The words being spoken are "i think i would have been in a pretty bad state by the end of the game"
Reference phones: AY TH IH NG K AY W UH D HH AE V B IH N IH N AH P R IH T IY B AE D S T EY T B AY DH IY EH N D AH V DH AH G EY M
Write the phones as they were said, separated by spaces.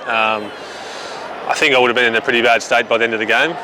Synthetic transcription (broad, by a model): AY TH IH NG K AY W UH D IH V B IH N IH N AH P R IH T IY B AE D S T EY T B AY DH IY EH N D AH V DH AH G EY M